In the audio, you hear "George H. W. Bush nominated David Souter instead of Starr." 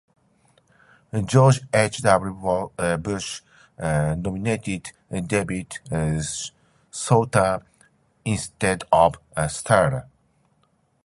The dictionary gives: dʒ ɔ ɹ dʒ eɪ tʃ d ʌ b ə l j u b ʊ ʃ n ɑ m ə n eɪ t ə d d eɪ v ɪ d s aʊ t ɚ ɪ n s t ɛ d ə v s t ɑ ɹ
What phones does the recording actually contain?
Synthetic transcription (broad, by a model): dʒ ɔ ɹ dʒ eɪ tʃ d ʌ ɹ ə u b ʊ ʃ n ɑ m ə n eɪ t ə d d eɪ b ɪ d s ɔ t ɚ ɪ n s t ɛ d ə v s t ɑ ɹ